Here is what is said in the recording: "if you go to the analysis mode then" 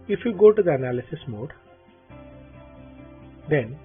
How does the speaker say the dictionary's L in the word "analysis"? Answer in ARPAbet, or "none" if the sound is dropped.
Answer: L